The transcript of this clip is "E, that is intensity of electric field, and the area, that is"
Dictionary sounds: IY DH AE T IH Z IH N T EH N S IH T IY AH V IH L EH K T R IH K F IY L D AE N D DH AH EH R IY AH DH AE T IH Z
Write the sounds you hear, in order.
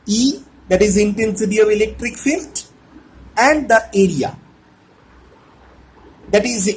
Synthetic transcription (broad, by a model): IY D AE T IH Z IH N T EH N S IH T IY AH V IH L EH K T R IH K F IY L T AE N D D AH EH R IY AH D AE T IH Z